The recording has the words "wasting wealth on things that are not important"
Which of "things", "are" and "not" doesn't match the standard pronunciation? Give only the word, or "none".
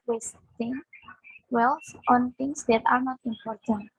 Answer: things